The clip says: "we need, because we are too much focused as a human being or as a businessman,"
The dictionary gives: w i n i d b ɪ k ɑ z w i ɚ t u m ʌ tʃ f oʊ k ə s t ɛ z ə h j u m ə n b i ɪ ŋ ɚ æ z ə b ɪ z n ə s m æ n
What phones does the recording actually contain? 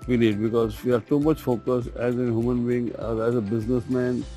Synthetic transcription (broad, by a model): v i n i d b ɪ k ɑ z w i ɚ t u m ʌ tʃ f oʊ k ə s ɛ z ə h j u m ə n b i ɪ ŋ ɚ æ z ə b ɪ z n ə s m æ n